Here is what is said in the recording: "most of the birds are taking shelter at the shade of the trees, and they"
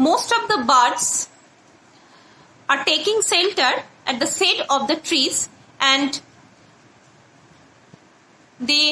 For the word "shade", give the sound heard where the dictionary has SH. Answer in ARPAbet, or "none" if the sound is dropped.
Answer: S